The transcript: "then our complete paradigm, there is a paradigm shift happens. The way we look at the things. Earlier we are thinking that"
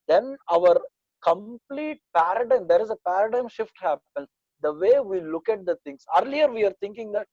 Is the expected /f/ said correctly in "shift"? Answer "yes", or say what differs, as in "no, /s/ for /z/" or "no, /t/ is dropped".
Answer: yes